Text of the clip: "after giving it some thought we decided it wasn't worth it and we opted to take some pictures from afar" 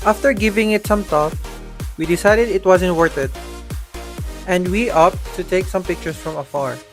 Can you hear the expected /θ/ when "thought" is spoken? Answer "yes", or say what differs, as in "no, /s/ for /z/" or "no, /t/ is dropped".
no, /t/ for /θ/